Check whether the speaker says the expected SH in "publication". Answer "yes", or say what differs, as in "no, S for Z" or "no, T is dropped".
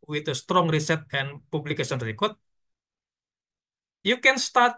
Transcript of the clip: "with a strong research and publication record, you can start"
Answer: no, S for SH